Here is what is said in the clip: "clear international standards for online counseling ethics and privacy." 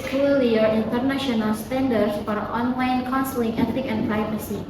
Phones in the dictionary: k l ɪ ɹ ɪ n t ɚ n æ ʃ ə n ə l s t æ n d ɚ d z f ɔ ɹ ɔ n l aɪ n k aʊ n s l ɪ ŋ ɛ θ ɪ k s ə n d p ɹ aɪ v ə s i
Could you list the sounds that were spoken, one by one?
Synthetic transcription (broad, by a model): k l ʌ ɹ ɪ n t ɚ n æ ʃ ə n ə l s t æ n d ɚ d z f ɔ ɹ ɔ n l aɪ n k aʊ n s l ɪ ŋ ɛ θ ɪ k ə n p ɹ aɪ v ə s i